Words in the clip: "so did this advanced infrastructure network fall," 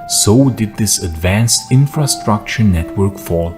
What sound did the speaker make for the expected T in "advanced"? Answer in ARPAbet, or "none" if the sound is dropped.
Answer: T